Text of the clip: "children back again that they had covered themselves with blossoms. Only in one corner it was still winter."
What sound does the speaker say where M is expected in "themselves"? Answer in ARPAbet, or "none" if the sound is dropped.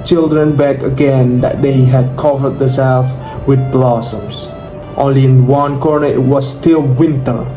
none